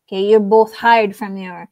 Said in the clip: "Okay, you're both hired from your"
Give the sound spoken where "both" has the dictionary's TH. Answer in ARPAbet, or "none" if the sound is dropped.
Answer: TH